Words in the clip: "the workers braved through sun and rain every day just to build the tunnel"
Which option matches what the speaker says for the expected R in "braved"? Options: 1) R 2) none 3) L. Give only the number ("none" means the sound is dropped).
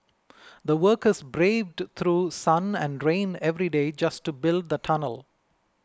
1